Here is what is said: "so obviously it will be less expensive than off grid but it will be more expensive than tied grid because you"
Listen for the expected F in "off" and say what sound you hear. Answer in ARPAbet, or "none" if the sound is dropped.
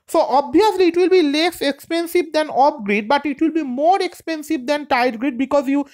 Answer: P